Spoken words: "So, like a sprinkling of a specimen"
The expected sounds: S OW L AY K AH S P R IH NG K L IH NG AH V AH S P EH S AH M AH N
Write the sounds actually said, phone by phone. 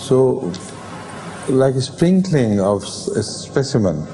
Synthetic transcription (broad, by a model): S OW L AY K AH S P R IH NG K L IH NG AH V AH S P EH S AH M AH N